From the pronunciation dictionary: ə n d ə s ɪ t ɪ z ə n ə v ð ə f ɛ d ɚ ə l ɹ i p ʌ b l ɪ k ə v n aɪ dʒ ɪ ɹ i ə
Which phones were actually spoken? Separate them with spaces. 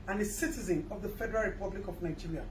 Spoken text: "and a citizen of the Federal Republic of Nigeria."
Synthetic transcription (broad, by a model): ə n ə s ɪ t ɪ z ə n ə v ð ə f ɛ d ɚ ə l ɹ i p ʌ b l ɪ k ə v n aɪ dʒ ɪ ɹ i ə